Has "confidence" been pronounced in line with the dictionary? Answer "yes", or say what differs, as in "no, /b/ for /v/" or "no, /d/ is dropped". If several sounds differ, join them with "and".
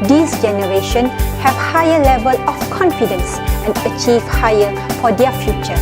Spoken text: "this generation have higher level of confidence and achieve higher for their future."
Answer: yes